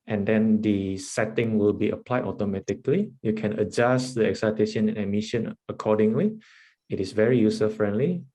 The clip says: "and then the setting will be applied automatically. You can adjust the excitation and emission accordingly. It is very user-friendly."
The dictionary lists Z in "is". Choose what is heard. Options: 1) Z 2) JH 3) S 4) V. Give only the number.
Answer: 3